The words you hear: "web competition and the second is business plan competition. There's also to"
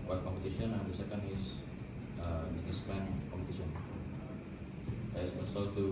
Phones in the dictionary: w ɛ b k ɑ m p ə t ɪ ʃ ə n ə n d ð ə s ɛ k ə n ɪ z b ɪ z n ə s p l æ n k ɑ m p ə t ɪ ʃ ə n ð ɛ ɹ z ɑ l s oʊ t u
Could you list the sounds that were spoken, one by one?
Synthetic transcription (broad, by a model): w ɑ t k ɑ m p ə t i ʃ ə n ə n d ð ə s ɛ k ə n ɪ s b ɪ s n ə s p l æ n k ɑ m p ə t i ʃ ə n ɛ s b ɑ s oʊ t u